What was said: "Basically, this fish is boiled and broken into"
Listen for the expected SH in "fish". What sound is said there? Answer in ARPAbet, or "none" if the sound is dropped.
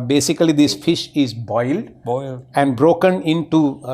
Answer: SH